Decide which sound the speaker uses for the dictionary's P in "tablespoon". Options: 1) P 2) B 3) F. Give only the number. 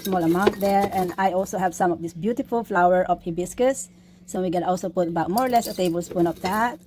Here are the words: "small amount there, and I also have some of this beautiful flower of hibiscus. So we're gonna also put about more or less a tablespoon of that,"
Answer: 1